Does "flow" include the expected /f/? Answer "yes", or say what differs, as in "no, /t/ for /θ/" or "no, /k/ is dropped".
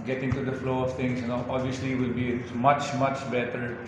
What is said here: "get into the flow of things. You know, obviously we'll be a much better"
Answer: yes